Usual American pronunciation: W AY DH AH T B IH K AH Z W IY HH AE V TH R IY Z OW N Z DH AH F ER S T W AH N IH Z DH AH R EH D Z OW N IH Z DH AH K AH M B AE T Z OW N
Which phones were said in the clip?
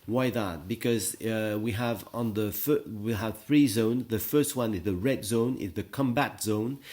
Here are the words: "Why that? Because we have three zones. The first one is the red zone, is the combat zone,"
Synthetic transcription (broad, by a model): W AY DH AH T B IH K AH Z W IY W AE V TH R IY Z OW N Z DH AH F ER S T W AH N IH Z DH AH R EH D Z OW N IH Z DH AH K AH M B AE T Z OW N